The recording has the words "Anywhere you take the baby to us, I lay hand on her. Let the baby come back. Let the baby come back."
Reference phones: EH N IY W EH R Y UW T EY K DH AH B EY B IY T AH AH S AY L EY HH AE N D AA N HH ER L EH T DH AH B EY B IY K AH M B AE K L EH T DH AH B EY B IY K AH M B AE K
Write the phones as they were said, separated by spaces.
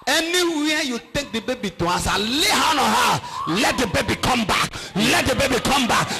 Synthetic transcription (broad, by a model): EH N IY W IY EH Y UW T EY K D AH B EY B IY T AH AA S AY L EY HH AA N AA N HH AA L EH T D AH B EY B IY K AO M B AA K L EH T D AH B EY B IY K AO M B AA K